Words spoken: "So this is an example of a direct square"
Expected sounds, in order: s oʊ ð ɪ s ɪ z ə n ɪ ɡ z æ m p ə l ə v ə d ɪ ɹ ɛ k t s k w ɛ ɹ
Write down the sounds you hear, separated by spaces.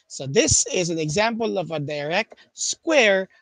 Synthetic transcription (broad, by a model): s oʊ ð ɪ s ɪ z ə n ɪ ɡ z æ m p ə l ə v ə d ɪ ɹ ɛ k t s k w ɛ ɹ